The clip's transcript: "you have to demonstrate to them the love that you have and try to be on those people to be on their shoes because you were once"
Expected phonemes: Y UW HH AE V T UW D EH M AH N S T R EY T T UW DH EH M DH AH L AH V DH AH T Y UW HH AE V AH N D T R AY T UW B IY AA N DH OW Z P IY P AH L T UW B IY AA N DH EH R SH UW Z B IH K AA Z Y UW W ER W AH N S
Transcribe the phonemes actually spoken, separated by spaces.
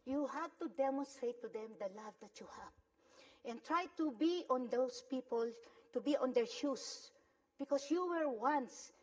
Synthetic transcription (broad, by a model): Y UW HH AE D T UW D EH M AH N S T R EY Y T UW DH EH M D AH L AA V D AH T Y UW HH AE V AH N T R AY T UW B IY AA N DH OW S P IY P AH L T UW B IY AA N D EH R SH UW S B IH K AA S Y UW W ER W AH N S